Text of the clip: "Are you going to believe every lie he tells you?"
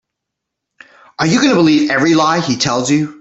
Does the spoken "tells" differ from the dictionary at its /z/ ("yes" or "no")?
no